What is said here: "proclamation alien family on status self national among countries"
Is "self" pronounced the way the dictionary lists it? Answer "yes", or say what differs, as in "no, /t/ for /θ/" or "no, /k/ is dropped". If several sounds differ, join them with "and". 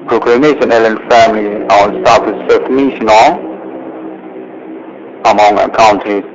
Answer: no, /l/ is dropped